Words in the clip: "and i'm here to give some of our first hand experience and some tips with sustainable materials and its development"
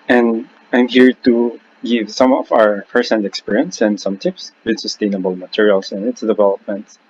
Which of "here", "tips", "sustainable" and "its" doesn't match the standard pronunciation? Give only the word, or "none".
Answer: none